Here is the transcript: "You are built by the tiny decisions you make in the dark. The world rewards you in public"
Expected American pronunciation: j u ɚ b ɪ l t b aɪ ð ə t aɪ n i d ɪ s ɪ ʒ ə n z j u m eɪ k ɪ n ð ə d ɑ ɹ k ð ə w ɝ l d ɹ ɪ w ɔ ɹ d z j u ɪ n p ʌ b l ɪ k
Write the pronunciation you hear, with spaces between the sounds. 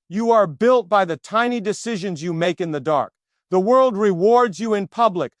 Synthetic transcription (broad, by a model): j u ɚ b ɪ l t b aɪ ð ə t aɪ n i d ɪ s ɪ ʒ ə n z j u m eɪ k ɪ n ð ə d ɑ ɹ k ð ə w ɝ l d ɹ ɪ w ɔ ɹ d z j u ɪ n p ʌ b l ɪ k